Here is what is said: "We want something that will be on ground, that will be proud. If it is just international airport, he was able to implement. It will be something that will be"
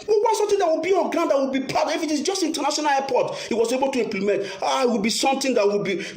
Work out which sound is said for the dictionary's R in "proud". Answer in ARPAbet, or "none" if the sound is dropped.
none